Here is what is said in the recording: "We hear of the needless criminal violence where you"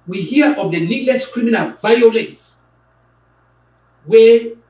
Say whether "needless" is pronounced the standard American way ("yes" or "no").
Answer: yes